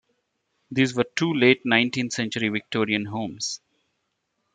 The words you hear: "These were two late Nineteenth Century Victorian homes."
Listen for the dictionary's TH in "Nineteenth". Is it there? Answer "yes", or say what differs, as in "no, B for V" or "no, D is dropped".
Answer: no, T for TH